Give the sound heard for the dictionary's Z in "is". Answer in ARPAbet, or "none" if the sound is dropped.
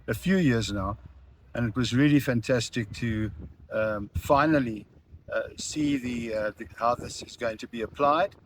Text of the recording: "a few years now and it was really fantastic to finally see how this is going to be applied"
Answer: Z